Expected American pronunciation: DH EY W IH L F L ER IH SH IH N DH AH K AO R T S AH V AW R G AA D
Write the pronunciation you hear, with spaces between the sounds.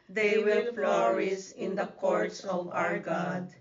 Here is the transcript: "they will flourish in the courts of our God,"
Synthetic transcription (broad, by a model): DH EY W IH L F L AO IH S IH N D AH K AO R T S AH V AW R G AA D